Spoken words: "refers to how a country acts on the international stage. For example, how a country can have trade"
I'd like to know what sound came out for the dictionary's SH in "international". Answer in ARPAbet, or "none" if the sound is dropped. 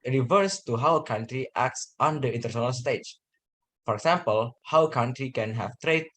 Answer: none